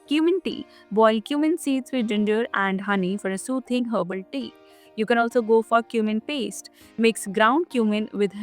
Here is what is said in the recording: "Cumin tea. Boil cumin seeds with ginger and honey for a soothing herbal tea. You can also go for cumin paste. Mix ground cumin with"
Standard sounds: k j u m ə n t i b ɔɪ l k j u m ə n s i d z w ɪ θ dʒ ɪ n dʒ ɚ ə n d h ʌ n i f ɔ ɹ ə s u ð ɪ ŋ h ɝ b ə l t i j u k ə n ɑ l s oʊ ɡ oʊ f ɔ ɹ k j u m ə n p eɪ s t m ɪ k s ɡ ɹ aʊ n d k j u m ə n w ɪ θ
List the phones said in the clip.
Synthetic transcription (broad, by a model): k j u m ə n t i b ɔɪ l k j u m ə n s i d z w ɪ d dʒ ɪ n dʒ ɚ ə n d h ʌ n i f ɔ ɹ ə s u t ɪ ŋ h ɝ b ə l t i j u k ə n ɑ l s oʊ ɡ oʊ f ɔ ɹ k j u m ə n p eɪ s t m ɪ k s ɡ ɹ aʊ n d k j u m ə n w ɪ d